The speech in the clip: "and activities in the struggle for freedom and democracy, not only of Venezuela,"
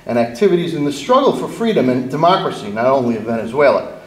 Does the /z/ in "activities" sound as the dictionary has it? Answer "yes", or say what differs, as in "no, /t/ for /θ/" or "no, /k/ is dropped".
yes